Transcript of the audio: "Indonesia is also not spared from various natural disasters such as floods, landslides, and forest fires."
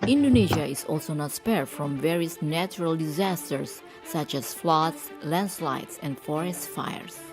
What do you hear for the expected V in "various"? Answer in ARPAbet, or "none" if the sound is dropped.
V